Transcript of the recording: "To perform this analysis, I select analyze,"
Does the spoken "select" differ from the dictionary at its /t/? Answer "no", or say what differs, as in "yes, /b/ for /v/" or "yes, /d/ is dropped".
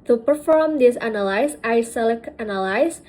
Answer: yes, /t/ is dropped